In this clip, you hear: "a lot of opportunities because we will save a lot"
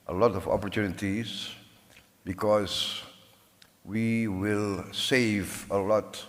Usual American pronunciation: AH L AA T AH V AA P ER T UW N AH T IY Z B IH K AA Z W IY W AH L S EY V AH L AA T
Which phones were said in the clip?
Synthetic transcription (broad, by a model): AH L AA T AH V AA P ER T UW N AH T IY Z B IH K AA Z W IY W AH L S EY V AH L AA T